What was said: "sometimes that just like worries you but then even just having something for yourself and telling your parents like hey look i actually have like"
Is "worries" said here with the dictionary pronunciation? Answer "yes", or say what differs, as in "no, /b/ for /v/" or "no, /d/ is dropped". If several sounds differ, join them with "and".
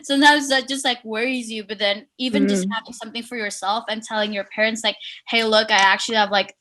yes